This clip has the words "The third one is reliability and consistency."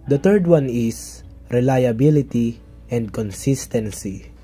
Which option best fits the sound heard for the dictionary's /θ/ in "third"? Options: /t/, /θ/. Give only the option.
/t/